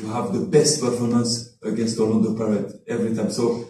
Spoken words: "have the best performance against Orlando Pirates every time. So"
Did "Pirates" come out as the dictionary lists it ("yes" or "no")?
no